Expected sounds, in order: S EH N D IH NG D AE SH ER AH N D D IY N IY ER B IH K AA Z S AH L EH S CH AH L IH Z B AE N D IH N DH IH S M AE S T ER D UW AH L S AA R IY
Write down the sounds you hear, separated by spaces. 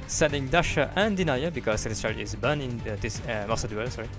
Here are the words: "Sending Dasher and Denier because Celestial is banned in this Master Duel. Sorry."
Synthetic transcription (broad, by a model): S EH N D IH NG D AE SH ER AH N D D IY N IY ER B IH K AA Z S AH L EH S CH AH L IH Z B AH N IH N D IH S M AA S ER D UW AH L S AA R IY